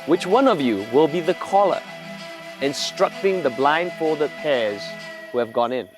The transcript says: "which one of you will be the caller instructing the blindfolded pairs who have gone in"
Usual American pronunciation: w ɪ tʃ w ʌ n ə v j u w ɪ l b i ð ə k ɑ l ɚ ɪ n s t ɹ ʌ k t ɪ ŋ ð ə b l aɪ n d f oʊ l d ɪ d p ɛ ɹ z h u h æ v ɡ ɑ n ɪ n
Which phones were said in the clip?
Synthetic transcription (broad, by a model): w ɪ tʃ w ʌ n ə v j u w ɪ l b i ð ə k ɑ l ɚ ɪ n s t ɹ ʌ k t ɪ ŋ ð ə b l aɪ n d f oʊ l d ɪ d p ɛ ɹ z h u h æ v ɡ ɑ n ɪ n